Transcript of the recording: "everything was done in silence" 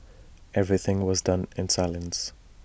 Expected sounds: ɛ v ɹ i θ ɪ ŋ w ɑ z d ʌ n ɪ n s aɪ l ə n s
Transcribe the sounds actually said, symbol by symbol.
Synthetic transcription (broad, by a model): ɛ v ɹ i θ ɪ ŋ w ɑ z d ʌ n ɪ n s aɪ l ə n s